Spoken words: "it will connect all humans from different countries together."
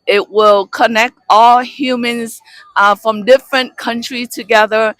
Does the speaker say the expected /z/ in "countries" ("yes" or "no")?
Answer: no